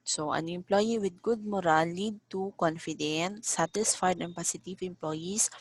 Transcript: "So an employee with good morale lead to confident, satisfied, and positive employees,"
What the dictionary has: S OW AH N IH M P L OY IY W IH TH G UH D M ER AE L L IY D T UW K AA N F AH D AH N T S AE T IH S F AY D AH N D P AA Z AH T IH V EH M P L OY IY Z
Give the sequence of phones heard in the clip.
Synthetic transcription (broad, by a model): S OW AH N IH M P L OY IY W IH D G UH D M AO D L IY D T UW K AA N F AH D AH N T S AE T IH S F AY D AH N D P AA S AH T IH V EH M P L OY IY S